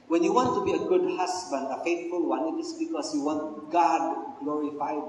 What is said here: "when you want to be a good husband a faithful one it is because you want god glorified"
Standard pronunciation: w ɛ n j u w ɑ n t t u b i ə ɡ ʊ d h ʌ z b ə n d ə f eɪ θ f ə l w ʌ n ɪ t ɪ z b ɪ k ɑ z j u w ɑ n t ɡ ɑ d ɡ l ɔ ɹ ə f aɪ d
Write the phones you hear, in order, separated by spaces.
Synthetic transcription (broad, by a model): w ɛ n j u w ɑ n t t u b i ə ɡ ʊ d h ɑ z b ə n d ə f eɪ t f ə l w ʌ n ɪ t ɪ s b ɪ k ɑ s j u w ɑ n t ɡ ɑ d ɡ l ɔ ɹ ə f aɪ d